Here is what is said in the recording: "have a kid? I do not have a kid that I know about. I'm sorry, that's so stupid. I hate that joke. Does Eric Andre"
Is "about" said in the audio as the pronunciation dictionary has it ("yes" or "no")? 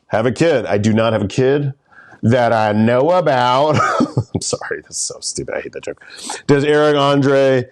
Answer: yes